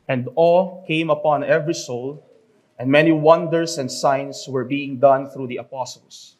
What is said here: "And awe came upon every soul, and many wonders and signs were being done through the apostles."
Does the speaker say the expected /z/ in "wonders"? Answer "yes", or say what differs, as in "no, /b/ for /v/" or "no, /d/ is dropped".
no, /s/ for /z/